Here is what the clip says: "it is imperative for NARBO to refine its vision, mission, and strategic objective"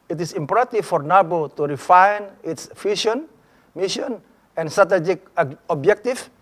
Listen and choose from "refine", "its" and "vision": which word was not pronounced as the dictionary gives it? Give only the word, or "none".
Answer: vision